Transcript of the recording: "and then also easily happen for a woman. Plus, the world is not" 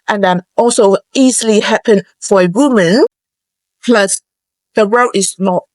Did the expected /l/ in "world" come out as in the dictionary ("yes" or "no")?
no